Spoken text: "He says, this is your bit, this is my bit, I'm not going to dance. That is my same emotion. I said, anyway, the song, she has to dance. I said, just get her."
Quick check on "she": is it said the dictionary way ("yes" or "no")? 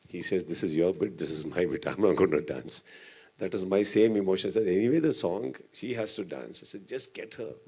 yes